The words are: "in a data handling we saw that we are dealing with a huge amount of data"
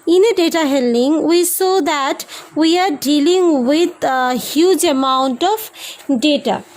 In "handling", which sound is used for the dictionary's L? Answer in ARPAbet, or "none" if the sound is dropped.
none